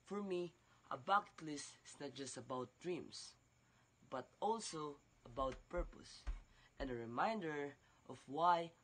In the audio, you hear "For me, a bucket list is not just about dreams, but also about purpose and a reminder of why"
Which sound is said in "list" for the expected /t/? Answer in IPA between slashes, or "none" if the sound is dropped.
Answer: /t/